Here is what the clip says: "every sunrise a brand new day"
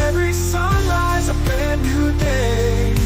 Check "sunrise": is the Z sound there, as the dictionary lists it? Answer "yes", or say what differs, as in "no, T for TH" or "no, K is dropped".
yes